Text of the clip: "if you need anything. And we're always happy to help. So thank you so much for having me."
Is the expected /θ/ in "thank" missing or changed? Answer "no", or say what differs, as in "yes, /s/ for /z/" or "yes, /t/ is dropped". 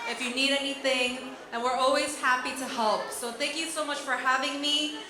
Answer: no